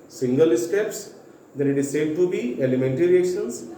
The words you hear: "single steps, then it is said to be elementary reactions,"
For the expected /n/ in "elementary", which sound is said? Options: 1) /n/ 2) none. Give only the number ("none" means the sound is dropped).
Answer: 1